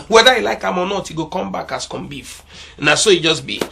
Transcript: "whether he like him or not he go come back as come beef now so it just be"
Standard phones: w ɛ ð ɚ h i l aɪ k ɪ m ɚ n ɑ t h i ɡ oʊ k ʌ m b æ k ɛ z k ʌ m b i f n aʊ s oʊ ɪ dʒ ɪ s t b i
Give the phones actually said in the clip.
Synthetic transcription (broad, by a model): w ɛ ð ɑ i l aɪ k ɪ m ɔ n ɑ t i ɡ oʊ k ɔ m b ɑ k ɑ s k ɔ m b i f n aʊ s oʊ ɪ dʒ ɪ s b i